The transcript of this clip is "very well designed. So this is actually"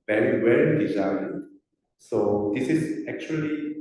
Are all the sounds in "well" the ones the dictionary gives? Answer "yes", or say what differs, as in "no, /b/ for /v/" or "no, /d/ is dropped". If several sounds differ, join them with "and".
no, /n/ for /l/